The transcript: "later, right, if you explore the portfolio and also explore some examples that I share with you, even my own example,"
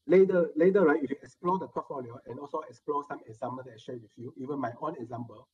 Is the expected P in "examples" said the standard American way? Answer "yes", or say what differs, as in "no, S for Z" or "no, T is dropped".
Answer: no, P is dropped